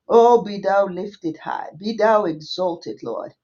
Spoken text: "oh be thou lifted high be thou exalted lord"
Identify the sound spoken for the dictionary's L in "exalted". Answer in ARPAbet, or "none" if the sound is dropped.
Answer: L